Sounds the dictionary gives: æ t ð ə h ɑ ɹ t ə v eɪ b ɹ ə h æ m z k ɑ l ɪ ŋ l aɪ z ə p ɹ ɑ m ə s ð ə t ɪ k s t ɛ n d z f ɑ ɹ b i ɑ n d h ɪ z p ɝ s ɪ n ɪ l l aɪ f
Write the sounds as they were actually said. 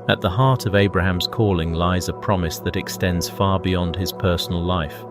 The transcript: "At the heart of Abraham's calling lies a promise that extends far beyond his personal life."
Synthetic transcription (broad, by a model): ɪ t ð ə h ɑ ɹ t ə v eɪ b ɹ ə h æ m z k ɑ l ɪ ŋ l aɪ z ə p ɹ ɑ m ə s ð ə t ɪ k s t ɛ n d z f ɑ ɹ b i ɑ n d ɪ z p ɝ s n l l aɪ f